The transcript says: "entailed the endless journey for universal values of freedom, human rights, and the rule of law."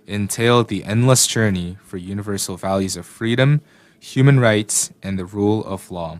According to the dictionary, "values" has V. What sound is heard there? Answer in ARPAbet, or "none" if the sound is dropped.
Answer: V